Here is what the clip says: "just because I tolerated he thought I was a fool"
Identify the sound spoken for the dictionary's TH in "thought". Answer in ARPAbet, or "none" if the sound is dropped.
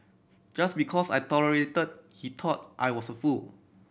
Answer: T